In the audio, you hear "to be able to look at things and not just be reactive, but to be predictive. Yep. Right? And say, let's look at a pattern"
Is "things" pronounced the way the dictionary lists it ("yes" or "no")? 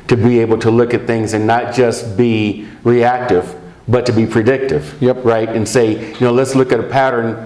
yes